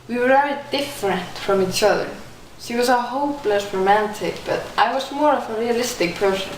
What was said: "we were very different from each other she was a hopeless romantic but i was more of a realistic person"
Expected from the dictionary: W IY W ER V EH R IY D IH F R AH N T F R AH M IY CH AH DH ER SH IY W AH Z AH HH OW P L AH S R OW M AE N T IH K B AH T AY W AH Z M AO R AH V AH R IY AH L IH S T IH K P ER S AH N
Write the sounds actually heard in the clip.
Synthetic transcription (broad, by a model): W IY W ER V EH R IY D IH F R AH N T F R AH M IY CH AH DH ER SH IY W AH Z AH HH OW P L AH S R OW M AE N T IH K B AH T AY W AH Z M AO R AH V AH R IY AH L IH S T IH K P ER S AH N